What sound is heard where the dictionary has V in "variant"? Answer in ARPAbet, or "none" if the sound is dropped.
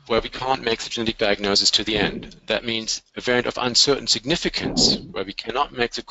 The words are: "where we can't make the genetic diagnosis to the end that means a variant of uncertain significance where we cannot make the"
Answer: V